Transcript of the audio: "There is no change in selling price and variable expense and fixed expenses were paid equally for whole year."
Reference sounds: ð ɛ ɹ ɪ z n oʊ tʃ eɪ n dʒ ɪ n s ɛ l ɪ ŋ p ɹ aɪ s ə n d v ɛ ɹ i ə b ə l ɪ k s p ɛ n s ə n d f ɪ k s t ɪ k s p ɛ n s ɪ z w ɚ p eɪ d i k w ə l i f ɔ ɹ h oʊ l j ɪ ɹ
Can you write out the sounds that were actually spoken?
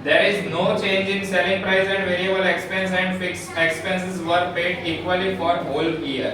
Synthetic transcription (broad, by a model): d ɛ ɹ ɪ z n oʊ tʃ eɪ n dʒ ɪ n s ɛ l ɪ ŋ p ɹ aɪ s ə n d v ɛ ɹ i ə b ə l ɪ k s p ɛ n s ə n d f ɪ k s ɪ k s p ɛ n s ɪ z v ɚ p eɪ d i k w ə l i f ɔ ɹ h oʊ l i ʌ ɹ